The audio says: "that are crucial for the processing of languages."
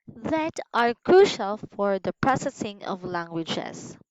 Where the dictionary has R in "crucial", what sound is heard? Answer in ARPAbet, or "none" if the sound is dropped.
R